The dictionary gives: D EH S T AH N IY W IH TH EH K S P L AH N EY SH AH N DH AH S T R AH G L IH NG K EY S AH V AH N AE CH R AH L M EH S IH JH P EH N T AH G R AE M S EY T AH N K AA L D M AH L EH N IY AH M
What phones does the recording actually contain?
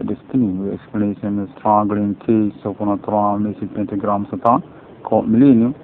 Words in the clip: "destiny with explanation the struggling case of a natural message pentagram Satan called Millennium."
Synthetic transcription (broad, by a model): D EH S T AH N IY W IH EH K S P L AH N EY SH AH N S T R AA G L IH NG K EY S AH P AH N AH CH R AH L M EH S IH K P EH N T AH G R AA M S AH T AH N K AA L M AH L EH N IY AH